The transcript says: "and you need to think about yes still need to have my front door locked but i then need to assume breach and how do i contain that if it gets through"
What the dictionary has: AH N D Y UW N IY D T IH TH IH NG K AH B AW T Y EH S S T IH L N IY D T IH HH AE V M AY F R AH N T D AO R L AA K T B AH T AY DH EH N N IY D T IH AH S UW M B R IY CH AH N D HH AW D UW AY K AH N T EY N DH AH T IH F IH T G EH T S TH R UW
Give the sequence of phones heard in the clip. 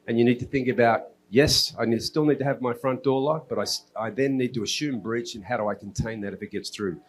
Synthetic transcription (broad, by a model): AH N Y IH N IY D T IH TH IH NG K AH B AW T Y EH S S T IH L N IY D T IH V M AY F R AH N D AO R L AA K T B AH T AY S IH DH N IY D T IH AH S UW M B R IY CH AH N HH AW D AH AY K N T EY N DH AH T IH F IH T G EH T S TH R UW